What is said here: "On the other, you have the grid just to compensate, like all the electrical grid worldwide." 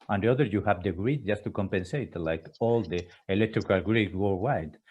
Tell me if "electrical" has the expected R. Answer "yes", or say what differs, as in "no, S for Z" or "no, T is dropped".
yes